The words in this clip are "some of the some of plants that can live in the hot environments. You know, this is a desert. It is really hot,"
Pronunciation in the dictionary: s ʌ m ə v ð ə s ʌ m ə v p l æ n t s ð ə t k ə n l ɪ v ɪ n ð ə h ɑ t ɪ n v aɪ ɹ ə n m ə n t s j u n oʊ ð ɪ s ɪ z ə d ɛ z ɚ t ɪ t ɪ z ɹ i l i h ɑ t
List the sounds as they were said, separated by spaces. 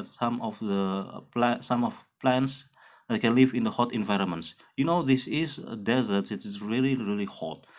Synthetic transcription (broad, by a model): s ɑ m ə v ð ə s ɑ m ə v p l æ n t s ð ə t k ə n l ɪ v ɪ n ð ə h ɑ t ɪ n v aɪ ɹ ə n m ə n t s j u n oʊ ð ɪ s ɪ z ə d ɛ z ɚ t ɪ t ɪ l ɹ i l i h ɑ t